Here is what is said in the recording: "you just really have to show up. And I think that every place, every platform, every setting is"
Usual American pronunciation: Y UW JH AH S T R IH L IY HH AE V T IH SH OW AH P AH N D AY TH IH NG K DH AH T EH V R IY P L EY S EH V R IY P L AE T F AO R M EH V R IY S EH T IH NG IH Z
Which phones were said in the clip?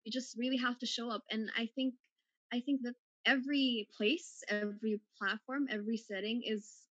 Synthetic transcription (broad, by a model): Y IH JH AH S T R IH L IY HH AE F T IH SH OW AH P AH N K AY TH IH NG K DH AH T EH V R IY P L EY S EH V R IY P L AE T F AO R M EH V R IY S EH T IH NG IH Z